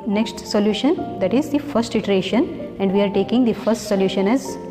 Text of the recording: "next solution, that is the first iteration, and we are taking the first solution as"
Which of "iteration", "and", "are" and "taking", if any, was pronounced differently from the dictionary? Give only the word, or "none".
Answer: none